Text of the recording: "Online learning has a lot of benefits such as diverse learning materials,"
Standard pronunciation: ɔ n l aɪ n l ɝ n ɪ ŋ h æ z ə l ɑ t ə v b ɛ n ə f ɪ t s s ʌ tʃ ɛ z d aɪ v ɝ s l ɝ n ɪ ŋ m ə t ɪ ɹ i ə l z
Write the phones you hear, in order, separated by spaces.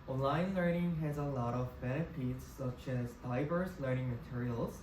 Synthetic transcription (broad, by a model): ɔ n l aɪ n l ɝ n ɪ ŋ h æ z ə l ɑ t ə v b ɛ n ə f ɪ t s s ʌ tʃ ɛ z d aɪ v ɝ s l ɝ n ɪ ŋ m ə t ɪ ɹ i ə l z